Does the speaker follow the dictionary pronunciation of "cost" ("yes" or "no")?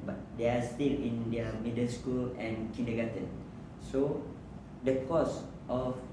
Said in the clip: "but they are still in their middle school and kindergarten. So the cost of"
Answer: yes